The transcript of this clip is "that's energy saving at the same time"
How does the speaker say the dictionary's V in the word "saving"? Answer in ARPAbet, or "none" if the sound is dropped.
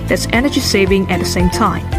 V